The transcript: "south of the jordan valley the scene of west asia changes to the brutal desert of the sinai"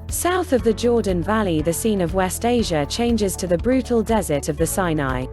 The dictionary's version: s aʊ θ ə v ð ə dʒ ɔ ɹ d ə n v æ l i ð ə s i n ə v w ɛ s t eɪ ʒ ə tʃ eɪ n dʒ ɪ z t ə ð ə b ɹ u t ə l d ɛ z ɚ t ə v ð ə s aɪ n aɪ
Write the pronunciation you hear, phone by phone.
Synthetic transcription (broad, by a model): s aʊ θ ə v ð ə dʒ ɔ d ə n v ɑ l i ð ə s i n ə v w ɛ s t eɪ ʒ ə tʃ eɪ n dʒ ɪ z t ə ð ə b ɹ u t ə l d ɛ z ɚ t ə v ð ə s aɪ n aɪ